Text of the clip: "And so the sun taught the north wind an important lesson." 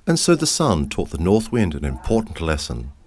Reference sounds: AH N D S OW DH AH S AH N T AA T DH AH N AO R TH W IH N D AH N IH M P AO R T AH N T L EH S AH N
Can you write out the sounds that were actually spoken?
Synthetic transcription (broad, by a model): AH N S OW DH AH S AH N T AA T DH AH N AO R TH W IH N D AH N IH M P AO R T N T L EH S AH N